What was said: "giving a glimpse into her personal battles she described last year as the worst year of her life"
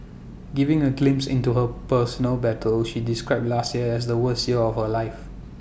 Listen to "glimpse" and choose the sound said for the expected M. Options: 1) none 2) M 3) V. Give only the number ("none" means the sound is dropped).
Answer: 2